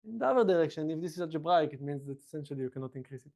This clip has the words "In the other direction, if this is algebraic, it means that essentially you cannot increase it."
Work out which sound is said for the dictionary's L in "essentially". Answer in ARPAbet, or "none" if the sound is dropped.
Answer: L